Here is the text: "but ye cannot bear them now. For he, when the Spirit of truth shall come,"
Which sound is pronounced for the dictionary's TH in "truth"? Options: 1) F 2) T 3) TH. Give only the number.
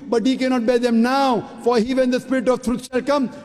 2